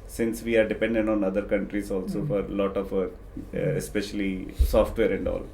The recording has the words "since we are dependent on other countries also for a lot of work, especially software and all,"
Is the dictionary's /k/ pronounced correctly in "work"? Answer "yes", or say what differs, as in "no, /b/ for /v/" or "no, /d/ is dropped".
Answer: no, /k/ is dropped